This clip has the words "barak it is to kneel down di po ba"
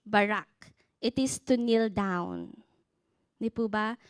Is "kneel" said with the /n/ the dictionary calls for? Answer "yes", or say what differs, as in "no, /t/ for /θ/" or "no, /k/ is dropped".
yes